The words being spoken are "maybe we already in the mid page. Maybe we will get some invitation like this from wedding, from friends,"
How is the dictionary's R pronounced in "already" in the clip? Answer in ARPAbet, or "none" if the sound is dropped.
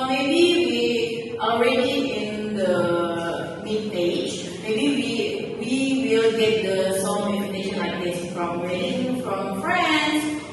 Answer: R